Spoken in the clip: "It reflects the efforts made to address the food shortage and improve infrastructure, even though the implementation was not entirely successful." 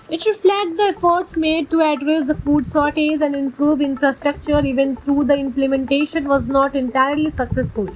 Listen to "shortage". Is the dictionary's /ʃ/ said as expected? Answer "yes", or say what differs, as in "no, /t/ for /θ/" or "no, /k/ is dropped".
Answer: no, /s/ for /ʃ/